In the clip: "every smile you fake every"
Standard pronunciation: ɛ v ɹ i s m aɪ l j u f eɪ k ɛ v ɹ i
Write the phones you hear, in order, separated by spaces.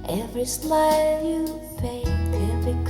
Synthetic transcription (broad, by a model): ɛ v ɹ i s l aɪ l j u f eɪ ɛ v ɹ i